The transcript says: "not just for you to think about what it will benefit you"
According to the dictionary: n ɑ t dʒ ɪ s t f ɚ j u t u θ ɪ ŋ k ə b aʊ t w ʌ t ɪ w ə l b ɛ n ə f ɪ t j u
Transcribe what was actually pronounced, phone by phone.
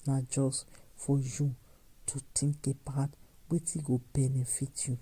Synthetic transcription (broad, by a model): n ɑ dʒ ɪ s f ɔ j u t u t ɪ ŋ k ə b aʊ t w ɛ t ɪ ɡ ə b ɛ n ə f ɪ t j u